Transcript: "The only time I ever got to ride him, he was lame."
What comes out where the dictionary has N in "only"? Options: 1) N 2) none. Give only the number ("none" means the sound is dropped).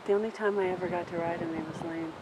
1